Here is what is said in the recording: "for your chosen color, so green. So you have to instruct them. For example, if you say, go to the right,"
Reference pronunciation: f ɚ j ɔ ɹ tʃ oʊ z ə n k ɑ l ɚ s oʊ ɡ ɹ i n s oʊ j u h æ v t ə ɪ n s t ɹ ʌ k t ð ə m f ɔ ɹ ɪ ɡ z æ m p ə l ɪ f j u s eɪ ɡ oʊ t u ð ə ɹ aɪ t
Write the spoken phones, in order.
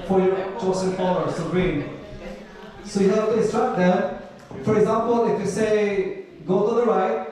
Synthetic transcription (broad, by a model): f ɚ j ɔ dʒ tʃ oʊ s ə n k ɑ ɚ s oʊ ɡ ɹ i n s oʊ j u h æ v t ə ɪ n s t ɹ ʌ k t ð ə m f ɔ ɹ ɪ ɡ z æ m p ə l ɪ f j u s eɪ ɡ oʊ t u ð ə ɹ aɪ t